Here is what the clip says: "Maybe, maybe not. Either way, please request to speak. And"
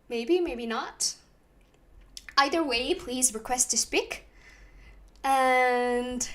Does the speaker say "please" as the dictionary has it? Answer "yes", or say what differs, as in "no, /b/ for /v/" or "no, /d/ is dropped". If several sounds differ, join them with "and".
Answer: yes